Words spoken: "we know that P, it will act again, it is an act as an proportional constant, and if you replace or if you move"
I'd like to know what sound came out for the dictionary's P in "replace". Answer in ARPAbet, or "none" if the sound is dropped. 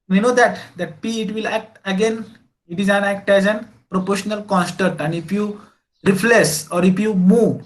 F